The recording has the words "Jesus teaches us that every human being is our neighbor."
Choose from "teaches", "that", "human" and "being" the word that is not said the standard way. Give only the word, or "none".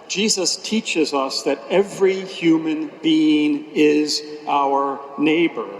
none